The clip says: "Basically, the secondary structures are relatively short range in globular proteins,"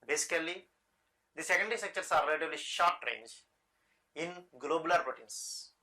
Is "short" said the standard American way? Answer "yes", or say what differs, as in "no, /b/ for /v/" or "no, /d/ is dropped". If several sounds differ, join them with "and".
yes